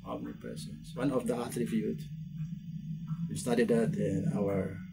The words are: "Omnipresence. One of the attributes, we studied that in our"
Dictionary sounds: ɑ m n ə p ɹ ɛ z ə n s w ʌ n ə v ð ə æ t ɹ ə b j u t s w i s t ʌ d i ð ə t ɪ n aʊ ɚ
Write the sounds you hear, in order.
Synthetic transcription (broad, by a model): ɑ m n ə p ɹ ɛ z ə n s w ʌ n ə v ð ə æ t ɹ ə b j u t w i s t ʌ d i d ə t ɪ n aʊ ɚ